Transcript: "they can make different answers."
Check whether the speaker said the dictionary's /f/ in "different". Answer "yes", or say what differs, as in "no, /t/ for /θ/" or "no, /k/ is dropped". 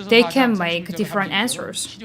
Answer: yes